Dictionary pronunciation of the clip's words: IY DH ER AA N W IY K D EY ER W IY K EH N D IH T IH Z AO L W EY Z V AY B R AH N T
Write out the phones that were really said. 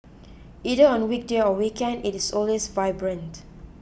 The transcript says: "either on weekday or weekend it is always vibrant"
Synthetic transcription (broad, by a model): IY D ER AA N W IY K D EY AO W IY K EH N D IH T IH S AO L W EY S V AY B R AH N T